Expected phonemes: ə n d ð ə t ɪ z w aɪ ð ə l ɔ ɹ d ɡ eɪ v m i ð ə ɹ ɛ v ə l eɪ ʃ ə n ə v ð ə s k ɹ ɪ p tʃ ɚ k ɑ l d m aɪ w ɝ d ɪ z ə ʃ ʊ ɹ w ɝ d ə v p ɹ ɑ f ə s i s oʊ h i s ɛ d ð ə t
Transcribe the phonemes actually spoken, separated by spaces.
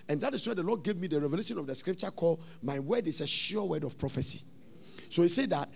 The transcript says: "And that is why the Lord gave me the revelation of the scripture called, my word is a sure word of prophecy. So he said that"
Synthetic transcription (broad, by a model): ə n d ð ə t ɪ s w aɪ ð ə l ɔ d ɡ eɪ v m i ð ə ɹ ɛ v ə l eɪ ʃ ə n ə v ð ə s k ɹ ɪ p tʃ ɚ k ɑ l d m aɪ w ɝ d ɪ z ə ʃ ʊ w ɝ d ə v p ɹ ɑ f ə s i s oʊ h i s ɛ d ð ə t